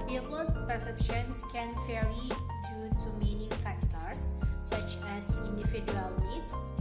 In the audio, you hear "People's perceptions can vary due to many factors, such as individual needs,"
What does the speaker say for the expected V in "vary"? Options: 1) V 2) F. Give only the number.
2